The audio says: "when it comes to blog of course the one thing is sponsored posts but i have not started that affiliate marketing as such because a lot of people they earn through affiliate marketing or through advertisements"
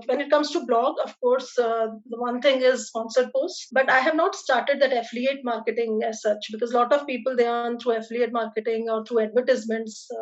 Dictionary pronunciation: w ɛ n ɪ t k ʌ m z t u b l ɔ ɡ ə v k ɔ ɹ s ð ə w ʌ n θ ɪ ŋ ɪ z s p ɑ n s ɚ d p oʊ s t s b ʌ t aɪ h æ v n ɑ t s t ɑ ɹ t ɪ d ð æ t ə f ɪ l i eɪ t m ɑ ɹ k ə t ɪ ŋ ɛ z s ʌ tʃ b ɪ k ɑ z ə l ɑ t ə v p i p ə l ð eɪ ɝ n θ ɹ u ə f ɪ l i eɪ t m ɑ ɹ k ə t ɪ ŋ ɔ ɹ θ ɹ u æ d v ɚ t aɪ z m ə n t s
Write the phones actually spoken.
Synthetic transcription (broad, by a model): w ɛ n ɪ t k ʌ m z t u b l ɔ ɡ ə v k ɔ ɹ s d ə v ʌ n t ɪ ŋ ɪ z s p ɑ n s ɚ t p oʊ s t b ʌ t aɪ h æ v n ɑ t s t ɑ ɹ t ɪ d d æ t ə f l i eɪ t m ɑ ɹ k ə t ɪ ŋ ɛ z s ʌ tʃ b ɪ k ɑ z l ɑ t ə v p i p ə l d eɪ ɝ n t ɹ u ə f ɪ l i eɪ t m ɑ ɹ k ə t ɪ ŋ ɔ ɹ t ɹ u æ d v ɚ t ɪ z m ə n t s